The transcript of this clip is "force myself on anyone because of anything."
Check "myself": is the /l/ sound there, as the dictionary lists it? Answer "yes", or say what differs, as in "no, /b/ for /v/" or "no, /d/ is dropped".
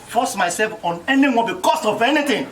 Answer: yes